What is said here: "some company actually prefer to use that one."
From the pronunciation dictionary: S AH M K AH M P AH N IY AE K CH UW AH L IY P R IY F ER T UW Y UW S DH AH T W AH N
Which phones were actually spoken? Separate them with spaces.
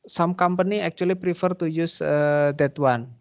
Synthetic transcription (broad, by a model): S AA M K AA M P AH N IY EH K CH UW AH L IY P R IY F ER T UW Y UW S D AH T W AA N